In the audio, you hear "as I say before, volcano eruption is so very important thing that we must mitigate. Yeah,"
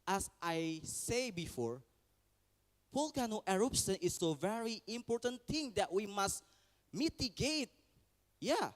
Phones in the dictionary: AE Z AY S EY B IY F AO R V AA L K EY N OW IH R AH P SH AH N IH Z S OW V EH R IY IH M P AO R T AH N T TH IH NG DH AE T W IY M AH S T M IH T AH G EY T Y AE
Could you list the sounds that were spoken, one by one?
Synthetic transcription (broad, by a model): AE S AY S EY B IY F AO R P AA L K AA N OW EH R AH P S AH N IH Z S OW V EH R IY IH M P AO R T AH N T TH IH NG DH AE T W IY M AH S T M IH T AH G EY T Y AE